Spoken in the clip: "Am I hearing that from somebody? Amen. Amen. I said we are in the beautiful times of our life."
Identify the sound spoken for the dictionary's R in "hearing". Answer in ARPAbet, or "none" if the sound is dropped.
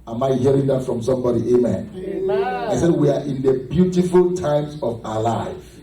R